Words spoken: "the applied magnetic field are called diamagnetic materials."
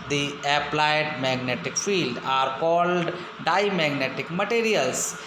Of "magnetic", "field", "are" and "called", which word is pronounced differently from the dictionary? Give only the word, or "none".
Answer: none